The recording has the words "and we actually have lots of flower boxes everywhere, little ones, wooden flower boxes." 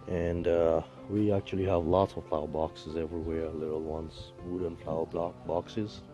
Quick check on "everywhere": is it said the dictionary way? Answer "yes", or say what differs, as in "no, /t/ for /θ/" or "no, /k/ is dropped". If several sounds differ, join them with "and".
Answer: yes